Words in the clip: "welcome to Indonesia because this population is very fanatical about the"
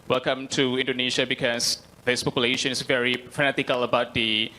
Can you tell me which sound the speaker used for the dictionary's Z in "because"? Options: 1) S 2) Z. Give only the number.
1